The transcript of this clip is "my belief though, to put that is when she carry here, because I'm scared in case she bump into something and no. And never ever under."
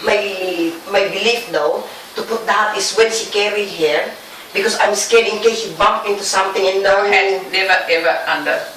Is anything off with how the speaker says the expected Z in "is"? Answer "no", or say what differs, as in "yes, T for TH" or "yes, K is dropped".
yes, S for Z